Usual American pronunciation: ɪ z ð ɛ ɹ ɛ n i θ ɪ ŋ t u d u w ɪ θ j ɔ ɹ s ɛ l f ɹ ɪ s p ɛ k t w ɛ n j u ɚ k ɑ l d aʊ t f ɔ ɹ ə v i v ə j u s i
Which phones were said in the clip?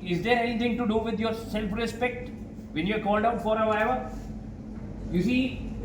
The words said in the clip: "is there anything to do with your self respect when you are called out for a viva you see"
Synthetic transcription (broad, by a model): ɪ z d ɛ ɹ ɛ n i t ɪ ŋ t u d u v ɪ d j ɔ ɹ s ɛ l f ɹ ɪ s p ɛ k t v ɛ n j u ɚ k ɑ l d aʊ t f ɔ ɹ ə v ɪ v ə j u s i